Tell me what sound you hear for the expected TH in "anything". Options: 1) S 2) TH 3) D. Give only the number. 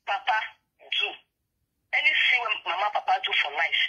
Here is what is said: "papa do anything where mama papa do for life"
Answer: 1